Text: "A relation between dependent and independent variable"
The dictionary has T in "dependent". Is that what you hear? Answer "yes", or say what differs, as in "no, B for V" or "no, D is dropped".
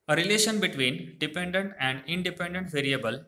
yes